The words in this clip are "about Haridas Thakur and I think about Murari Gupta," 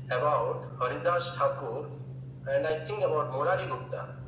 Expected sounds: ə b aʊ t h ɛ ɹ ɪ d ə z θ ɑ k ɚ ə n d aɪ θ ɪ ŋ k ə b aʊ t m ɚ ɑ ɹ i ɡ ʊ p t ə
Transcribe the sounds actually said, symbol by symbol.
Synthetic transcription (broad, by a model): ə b aʊ t h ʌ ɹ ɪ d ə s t ɑ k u ə n d aɪ t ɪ ŋ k ə b aʊ t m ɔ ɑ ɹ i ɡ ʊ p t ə